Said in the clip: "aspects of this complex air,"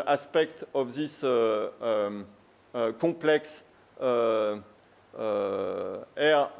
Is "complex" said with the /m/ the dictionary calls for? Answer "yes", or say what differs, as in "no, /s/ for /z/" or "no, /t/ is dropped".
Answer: no, /m/ is dropped